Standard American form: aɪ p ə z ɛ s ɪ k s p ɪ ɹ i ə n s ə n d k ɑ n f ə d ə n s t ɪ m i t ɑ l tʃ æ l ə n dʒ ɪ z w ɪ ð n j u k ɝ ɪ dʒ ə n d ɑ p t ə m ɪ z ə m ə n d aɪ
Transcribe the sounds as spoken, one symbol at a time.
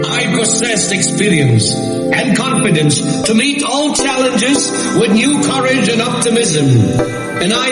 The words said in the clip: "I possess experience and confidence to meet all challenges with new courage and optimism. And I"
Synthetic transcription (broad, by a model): aɪ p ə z ɛ s ɪ k s p ɪ ɹ i ə n s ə n k ɑ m f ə d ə n s t ɪ m i t ɑ l tʃ æ l ə n dʒ ɪ z w ɪ ð n j u k ɝ ɪ dʒ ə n ɑ p t ə m ɪ z ə m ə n aɪ